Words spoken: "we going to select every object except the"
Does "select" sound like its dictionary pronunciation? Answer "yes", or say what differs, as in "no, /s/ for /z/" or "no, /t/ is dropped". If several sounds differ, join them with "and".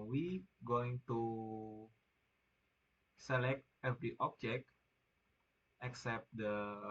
yes